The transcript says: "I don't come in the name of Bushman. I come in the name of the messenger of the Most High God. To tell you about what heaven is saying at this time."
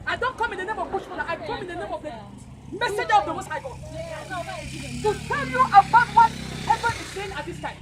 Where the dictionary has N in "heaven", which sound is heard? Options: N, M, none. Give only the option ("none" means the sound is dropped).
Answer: none